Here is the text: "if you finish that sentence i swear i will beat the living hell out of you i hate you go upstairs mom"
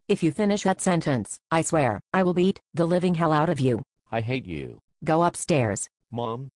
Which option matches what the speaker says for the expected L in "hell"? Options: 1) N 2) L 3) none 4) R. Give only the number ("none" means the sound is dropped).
2